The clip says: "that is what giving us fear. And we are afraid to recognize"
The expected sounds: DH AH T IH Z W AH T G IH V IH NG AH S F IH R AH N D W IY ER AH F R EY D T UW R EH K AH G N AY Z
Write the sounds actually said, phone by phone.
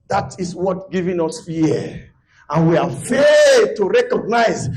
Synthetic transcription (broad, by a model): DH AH T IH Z W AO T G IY V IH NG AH S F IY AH N W IY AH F EY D T UW R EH K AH G N AY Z